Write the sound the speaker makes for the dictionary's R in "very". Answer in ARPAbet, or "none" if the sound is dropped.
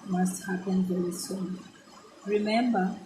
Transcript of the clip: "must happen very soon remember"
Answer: none